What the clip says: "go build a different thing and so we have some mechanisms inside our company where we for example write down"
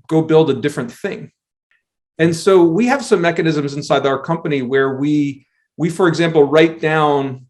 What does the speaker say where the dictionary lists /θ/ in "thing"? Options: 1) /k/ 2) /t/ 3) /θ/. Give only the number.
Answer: 3